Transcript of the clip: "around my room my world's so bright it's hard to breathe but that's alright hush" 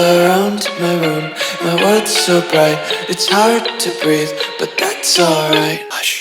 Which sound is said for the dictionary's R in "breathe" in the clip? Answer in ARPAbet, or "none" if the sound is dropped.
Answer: R